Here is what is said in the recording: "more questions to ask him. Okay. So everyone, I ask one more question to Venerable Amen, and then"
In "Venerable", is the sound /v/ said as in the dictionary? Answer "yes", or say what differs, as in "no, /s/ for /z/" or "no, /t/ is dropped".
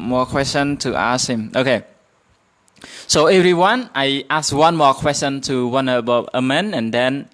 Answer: no, /w/ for /v/